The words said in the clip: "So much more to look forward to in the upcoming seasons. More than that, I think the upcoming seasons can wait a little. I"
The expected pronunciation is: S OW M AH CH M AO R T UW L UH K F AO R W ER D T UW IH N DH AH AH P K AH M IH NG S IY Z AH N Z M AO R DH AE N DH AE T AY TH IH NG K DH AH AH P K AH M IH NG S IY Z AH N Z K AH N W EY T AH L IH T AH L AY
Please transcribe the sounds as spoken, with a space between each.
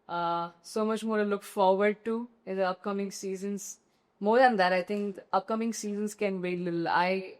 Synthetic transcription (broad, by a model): S OW M AH CH M AO R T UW L UH K F AO R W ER D T UW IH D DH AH AH P K AH M IH NG S IY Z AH N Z M AO R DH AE N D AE T AY T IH NG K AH AH P K AH M IH NG S IY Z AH N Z K AH N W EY AH L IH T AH L AY